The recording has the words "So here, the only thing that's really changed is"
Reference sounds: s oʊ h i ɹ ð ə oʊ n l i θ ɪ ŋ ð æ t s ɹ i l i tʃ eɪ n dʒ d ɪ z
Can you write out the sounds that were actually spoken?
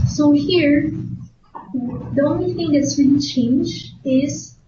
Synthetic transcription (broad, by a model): s oʊ h i ɹ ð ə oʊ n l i θ ɪ ŋ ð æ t s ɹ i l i tʃ eɪ n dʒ ɪ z